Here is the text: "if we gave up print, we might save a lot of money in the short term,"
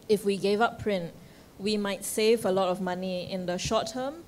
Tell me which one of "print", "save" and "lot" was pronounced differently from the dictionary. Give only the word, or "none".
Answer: none